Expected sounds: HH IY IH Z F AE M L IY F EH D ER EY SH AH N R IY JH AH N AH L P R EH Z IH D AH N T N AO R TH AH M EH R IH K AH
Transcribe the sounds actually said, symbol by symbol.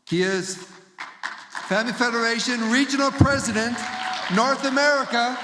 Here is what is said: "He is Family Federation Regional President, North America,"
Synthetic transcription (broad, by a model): HH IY IH Z F AE M L IY F EH D ER EY SH AH N R IY JH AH N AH L P R EH Z IH D AH N T N AO R TH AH M EH R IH K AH